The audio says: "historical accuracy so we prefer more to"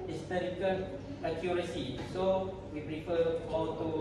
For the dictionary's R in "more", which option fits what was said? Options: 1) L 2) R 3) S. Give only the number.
1